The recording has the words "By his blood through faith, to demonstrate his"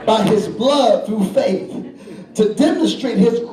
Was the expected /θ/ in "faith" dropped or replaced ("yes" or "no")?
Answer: no